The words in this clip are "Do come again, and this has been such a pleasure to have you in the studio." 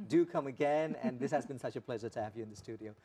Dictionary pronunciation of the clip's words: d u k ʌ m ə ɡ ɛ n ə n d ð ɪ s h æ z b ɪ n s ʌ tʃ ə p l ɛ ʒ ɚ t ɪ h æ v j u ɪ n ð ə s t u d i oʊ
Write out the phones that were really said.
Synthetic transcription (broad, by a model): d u k ʌ m ə ɡ ɛ n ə n ð ɪ s h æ z b ɪ n s ʌ tʃ ə p l ɛ ʒ ɚ t ɪ h æ v j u ɪ n ð ə s t u d i oʊ